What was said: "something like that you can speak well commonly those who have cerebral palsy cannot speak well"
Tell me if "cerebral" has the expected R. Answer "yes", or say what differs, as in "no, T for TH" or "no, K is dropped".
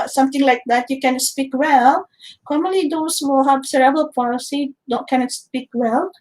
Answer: no, R is dropped